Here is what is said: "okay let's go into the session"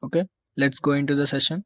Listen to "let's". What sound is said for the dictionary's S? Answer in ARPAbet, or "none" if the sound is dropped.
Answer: S